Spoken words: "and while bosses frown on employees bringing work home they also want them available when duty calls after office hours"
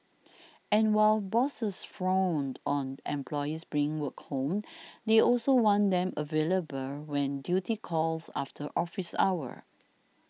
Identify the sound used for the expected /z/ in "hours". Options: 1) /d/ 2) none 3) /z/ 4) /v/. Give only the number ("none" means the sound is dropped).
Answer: 2